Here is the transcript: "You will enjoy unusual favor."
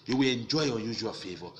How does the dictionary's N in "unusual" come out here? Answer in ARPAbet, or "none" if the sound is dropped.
none